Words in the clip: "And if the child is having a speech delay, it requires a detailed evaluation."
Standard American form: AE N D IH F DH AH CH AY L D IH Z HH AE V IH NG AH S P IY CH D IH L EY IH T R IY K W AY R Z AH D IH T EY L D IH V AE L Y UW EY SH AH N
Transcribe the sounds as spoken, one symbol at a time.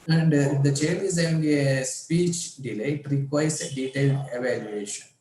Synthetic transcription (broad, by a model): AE N D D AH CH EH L IH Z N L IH AH S P IY CH D IH L EY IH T R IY K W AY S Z AH D IH T EY L D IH V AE L Y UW EY SH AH N